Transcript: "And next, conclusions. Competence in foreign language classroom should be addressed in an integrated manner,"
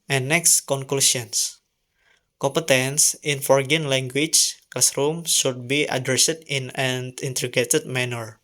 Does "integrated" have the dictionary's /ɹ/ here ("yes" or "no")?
no